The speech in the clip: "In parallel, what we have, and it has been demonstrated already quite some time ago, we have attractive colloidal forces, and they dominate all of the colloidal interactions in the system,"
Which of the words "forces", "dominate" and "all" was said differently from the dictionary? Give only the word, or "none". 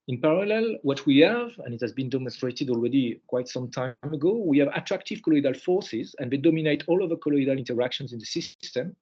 none